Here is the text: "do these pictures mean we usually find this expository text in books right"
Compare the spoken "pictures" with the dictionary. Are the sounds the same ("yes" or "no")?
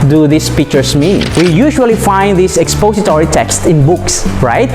no